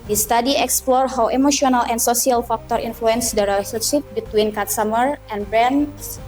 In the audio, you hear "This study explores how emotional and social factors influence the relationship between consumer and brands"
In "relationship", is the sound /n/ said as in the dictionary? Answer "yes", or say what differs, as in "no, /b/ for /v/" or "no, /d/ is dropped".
no, /n/ is dropped